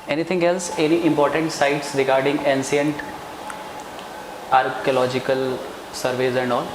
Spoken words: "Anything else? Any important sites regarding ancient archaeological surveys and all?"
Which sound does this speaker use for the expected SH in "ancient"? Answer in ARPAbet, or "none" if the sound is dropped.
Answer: S